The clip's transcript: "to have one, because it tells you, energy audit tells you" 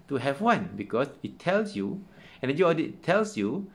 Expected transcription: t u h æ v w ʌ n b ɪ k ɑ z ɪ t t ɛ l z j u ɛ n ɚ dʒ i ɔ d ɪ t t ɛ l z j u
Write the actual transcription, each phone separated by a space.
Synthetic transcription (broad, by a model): t u h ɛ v w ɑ n b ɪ k ɑ s ɪ t t ɛ l s j u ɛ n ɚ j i ɔ d ɪ t t ɛ l s j u